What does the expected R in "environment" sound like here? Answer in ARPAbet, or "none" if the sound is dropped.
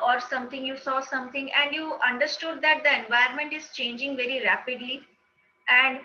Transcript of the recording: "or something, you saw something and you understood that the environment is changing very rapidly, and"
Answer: none